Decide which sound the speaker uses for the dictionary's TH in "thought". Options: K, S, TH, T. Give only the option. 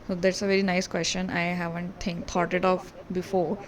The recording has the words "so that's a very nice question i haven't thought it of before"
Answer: T